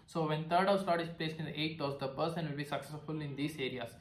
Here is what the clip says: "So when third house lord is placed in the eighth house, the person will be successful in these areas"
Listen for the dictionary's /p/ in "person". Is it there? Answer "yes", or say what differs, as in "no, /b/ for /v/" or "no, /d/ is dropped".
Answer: no, /b/ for /p/